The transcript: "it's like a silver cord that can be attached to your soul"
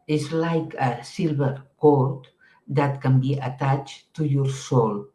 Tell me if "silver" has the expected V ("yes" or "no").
no